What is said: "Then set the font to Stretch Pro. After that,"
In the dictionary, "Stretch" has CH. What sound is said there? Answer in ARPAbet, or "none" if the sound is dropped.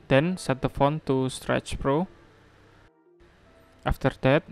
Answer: CH